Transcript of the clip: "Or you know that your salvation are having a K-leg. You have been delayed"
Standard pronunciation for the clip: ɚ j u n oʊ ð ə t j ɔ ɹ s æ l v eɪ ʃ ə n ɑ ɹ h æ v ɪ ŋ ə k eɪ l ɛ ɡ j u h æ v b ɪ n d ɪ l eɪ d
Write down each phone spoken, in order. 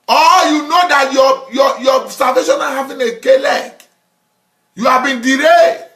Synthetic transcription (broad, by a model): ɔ j u n oʊ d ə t j ɔ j s æ l v eɪ ʃ ə n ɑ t h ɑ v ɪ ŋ ə k eɪ l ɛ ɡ j u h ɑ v b ɪ n d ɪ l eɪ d